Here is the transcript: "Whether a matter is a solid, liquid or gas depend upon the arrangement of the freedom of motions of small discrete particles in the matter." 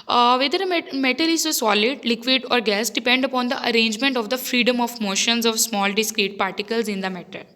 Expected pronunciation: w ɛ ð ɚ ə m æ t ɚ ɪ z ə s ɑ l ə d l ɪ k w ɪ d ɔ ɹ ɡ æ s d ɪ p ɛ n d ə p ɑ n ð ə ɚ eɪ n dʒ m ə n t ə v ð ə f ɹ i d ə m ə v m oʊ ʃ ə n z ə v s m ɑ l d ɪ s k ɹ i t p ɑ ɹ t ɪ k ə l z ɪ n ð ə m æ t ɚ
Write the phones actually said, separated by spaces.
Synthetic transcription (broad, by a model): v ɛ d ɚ ə m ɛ t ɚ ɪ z ə s ɑ l ə d l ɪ k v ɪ d ɔ ɹ ɡ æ s d ɪ p ɛ n d ə p ɑ n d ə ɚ eɪ n dʒ m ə n t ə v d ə f ɹ i d ə m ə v m oʊ ʃ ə n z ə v s m ɑ l d ɪ s k ɹ i t p ɑ ɹ t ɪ k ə l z ɪ n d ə m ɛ t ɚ